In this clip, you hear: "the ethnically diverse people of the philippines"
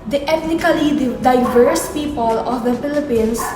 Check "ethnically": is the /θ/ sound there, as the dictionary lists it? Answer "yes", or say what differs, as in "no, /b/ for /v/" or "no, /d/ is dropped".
no, /t/ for /θ/